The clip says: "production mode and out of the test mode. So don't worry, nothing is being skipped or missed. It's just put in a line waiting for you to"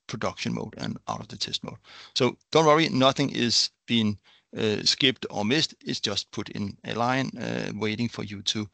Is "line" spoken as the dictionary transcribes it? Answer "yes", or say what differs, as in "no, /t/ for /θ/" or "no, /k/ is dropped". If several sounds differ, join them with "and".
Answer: yes